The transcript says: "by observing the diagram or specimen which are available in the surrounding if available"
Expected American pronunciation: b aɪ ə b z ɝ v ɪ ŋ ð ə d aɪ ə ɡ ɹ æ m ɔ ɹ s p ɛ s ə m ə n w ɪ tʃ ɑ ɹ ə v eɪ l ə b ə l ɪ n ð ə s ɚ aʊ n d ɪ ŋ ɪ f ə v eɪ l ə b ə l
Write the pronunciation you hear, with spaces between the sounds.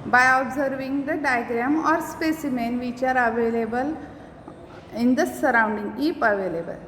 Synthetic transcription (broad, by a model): b aɪ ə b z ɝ v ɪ ŋ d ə d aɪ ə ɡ ɹ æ m ɔ ɹ s p ɛ s ə m ə n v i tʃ ɑ ɹ ə v eɪ l ə b ə l ɪ n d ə s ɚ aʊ n d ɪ ŋ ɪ p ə v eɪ l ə b ə l